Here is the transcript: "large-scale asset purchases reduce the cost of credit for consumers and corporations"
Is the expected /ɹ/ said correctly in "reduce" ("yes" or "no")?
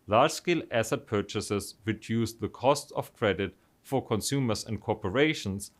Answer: no